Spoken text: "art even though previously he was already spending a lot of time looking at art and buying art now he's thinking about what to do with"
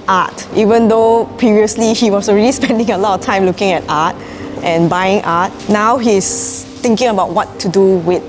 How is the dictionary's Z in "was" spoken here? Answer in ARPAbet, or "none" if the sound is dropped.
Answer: S